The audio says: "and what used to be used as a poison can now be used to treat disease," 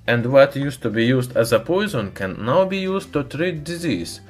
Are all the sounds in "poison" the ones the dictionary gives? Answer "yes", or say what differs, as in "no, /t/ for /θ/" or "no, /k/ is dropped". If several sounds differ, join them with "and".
yes